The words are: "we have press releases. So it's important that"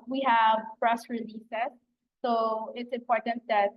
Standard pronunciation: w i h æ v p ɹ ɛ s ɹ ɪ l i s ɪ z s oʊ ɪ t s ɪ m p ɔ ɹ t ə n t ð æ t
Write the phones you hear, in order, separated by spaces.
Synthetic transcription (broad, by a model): w i h æ v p ɹ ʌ s ɹ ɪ l i s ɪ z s oʊ ɪ t s ɪ m p ɔ ɹ t ə n t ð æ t